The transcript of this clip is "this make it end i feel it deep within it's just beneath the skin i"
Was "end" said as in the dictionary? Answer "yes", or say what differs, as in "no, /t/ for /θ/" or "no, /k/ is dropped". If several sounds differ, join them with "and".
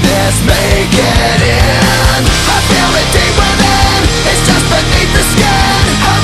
no, /d/ is dropped